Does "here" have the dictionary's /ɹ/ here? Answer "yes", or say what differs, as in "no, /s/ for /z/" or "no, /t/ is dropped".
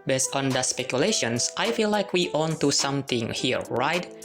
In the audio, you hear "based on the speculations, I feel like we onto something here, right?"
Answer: yes